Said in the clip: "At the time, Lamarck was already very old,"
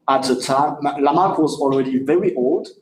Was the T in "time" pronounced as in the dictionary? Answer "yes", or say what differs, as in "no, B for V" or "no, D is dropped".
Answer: yes